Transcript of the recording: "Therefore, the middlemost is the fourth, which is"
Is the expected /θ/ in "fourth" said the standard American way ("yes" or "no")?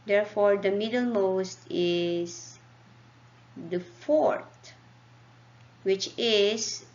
no